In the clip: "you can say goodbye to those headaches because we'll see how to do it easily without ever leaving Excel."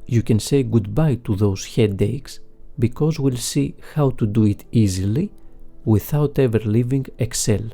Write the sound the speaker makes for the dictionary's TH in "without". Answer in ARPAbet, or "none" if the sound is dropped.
TH